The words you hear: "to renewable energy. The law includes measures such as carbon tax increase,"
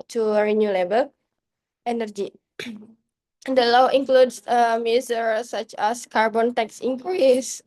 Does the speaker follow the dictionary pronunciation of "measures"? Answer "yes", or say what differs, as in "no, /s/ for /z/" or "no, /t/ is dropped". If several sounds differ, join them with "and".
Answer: no, /s/ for /ʒ/